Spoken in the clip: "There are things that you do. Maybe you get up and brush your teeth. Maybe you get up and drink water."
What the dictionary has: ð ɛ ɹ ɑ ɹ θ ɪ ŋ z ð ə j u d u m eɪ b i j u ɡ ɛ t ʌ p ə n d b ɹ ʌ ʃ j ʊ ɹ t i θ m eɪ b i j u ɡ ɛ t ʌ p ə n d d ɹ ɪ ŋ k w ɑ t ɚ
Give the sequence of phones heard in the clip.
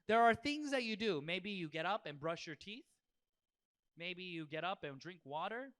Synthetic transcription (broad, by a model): ð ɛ ɹ ɑ ɹ θ ɪ ŋ z ð ə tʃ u d u m eɪ b i j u ɡ ɛ t ʌ p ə n b ɹ ʌ ʃ j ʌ ɹ t i θ m eɪ b i j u ɡ ɛ t ʌ p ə n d d ɹ ɪ ŋ k w ɑ t ɚ